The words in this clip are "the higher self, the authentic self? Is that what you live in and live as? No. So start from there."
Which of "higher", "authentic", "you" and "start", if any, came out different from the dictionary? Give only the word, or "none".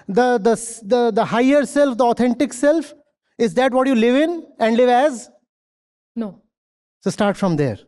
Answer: authentic